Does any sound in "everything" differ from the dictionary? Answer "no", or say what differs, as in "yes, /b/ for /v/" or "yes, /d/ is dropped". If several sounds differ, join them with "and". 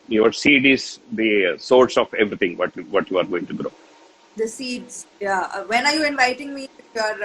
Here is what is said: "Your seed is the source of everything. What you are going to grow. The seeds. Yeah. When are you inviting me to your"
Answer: yes, /t/ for /θ/